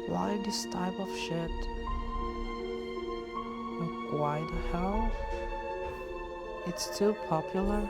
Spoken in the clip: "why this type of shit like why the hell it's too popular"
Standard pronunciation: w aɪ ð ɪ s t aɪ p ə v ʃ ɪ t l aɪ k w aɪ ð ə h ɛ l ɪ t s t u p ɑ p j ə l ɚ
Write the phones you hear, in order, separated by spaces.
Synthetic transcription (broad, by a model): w aɪ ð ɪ s t aɪ p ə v ʃ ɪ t w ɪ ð w aɪ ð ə h ɛ l ɪ t s t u p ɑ p j l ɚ